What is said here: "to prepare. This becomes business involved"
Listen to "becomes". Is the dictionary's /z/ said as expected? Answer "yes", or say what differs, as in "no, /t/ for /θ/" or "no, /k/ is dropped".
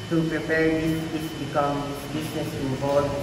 no, /z/ is dropped